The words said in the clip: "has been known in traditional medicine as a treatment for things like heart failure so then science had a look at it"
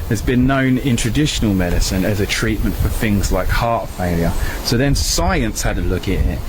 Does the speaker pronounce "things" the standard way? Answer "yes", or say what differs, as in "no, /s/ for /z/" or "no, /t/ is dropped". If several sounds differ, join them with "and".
yes